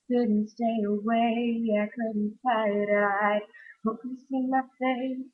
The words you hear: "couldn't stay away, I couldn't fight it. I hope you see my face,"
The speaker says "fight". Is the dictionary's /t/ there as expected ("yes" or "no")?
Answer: no